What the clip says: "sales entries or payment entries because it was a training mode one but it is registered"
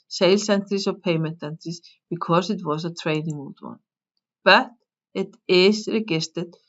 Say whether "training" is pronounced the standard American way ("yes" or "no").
yes